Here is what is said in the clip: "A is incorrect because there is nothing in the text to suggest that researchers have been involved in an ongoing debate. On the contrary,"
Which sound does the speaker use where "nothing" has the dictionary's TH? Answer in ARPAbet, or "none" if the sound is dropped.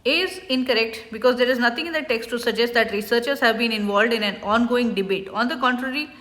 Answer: T